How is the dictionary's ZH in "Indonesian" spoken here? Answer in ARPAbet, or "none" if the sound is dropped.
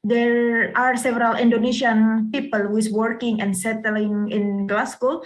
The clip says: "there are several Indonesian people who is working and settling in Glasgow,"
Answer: S